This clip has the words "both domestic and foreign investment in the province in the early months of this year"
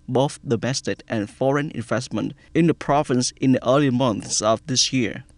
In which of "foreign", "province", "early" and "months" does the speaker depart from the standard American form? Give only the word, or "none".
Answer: none